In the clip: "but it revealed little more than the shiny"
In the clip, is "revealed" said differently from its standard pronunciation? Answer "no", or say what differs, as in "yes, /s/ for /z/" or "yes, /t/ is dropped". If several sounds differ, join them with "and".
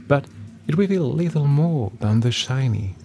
yes, /w/ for /ɹ/